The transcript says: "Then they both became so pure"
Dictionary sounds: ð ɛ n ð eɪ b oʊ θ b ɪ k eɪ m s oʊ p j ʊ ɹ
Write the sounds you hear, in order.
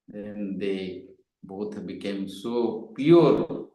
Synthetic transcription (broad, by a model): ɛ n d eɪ b oʊ t b ɪ k eɪ m s oʊ p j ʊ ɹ